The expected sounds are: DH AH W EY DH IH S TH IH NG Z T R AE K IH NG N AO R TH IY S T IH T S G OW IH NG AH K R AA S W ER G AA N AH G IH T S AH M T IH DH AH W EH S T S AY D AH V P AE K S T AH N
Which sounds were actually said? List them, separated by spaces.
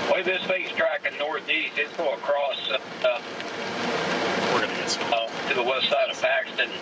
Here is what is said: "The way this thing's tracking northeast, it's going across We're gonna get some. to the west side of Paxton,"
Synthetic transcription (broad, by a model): W EY DH IH S F IH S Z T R AE K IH N AO R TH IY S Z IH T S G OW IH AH K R AA S W ER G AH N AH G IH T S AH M T IH DH AH W EH S T S AY D AH V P AE K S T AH N